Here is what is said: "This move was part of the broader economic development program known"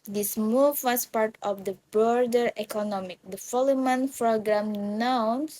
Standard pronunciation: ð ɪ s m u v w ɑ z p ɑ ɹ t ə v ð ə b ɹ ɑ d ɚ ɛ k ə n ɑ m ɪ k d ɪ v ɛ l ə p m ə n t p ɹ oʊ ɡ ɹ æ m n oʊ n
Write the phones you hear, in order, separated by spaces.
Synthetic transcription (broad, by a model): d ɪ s m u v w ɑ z p ɑ ɹ t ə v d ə b ɹ d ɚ ɛ k ə n ɑ m ɪ k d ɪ f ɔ l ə m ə n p ɹ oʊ ɡ ɹ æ m n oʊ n